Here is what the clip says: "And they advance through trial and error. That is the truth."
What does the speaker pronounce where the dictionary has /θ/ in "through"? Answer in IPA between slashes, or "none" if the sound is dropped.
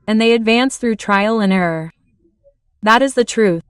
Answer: /θ/